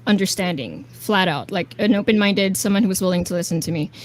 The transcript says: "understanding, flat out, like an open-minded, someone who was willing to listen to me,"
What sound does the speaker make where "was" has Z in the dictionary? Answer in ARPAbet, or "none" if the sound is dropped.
Z